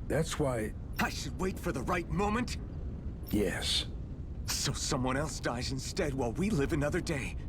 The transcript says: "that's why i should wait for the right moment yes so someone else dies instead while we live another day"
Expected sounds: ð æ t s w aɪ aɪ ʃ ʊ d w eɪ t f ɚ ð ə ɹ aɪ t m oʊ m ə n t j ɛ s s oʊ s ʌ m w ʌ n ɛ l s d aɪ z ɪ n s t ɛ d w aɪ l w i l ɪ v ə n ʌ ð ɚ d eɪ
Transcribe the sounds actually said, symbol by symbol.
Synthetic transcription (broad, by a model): ð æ t s w aɪ aɪ ʃ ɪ d w eɪ t f ɚ ð ə ɹ aɪ t m oʊ m ə n t j ɛ s s oʊ s ʌ m w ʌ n ɛ l s d aɪ z ɪ n s t ɛ d w aɪ l w i l ɪ v ə n ʌ ð ɚ d eɪ